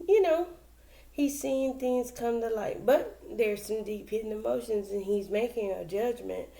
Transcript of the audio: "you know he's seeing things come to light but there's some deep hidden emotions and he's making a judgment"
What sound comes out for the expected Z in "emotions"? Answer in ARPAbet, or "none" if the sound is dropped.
Z